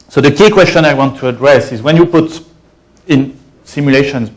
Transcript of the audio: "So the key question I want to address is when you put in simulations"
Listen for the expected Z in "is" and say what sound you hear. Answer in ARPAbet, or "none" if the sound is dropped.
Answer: Z